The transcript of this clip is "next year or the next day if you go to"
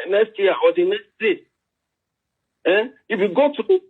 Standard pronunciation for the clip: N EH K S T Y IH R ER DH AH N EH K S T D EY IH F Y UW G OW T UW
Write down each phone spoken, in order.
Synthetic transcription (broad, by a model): N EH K S T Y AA W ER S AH N EH K S T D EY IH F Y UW G OW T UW